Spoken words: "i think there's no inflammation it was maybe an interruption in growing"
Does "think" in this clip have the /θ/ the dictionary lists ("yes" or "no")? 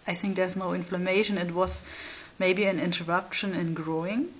yes